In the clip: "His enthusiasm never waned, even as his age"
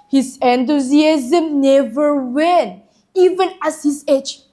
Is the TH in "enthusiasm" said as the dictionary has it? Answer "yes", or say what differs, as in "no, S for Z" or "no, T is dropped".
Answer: no, T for TH